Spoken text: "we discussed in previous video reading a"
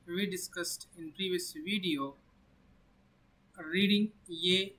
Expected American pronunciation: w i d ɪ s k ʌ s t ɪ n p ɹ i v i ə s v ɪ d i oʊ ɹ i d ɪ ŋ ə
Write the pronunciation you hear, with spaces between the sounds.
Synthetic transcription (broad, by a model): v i d ɪ s k ʌ s t ɪ n p ɹ i v i ə s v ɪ d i oʊ ɹ i d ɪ ŋ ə